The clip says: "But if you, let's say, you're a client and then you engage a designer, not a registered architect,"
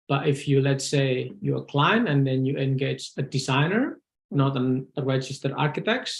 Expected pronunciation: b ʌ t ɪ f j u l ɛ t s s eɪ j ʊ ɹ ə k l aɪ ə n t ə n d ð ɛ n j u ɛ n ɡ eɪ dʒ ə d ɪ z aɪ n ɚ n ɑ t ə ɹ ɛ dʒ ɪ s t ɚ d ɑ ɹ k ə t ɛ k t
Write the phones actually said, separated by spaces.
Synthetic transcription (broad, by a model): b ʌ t ɪ f j u l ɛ t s s eɪ j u ə k l aɪ n ə n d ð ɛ n j u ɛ n ɡ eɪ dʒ ə d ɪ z aɪ n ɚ n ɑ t ə ɹ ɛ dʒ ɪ s t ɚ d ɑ ɹ k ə t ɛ k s